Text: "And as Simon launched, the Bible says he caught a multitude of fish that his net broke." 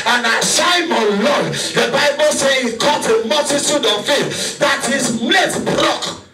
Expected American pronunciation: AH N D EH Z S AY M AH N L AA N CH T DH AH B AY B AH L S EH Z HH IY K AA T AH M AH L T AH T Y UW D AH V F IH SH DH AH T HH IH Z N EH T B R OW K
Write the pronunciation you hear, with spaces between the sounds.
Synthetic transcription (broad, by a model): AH N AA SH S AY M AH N L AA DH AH B AY B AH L S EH HH IY K AA T AH M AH L T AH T Y UW D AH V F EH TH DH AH T HH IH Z L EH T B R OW K